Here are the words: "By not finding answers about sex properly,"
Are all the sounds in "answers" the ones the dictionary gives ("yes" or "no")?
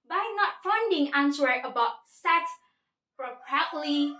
no